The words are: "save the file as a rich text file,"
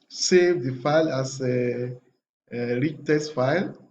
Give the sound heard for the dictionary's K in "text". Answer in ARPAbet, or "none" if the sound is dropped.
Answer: none